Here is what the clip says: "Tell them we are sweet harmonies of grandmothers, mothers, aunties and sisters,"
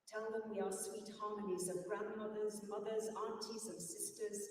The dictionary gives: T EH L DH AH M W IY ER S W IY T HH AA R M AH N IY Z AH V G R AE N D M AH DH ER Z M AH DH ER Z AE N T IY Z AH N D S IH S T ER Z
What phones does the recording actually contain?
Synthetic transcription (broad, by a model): T EH L DH AH M W IY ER S W IY T HH AA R M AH N IY Z AH V G R AE N D M AH DH ER Z M AH DH ER Z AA N T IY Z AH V S IH S T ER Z